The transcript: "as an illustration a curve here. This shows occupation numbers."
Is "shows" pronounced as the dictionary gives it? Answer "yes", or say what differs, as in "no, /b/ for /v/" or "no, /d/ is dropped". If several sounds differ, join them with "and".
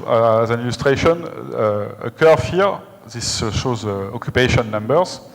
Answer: yes